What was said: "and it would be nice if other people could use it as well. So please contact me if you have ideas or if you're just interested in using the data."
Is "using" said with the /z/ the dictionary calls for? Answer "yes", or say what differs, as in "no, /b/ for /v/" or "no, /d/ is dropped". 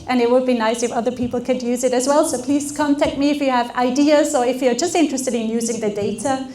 yes